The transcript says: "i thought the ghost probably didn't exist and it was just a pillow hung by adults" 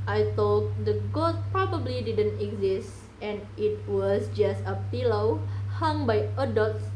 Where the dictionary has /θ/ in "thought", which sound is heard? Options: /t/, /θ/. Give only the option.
/t/